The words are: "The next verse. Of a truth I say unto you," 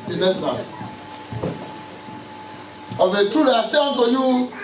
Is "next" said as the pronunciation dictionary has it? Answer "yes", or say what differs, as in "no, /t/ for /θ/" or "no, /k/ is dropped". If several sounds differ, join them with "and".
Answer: no, /k/ is dropped